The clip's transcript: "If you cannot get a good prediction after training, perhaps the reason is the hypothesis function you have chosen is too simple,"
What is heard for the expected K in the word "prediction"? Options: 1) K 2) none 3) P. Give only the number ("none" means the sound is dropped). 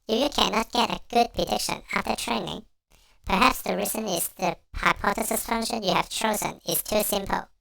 1